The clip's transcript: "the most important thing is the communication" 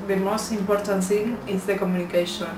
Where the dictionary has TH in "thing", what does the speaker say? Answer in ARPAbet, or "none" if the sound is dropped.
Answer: S